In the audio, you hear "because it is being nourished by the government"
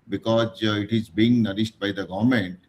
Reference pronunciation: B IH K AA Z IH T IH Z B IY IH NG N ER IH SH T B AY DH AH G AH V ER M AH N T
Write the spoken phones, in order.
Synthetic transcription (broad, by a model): B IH K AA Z IH T IH Z B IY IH NG N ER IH S T B AY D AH G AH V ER M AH N T